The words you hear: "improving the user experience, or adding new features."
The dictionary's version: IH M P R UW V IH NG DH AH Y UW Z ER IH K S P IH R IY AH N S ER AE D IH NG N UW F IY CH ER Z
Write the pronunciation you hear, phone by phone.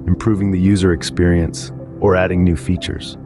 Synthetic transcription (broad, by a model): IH M P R UW V IH NG DH AH Y UW Z ER IH K S P IH R IY AH N S ER AE D IH NG N UW F IY CH ER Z